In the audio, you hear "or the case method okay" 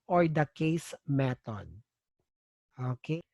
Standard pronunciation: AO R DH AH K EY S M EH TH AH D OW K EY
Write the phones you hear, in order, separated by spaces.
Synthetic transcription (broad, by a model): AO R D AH K EY S M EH T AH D OW K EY